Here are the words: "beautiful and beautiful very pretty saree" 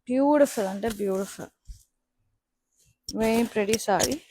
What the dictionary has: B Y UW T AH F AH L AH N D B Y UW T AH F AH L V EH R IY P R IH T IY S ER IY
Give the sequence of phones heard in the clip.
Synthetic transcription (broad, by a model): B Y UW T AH F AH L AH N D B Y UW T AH F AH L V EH IY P R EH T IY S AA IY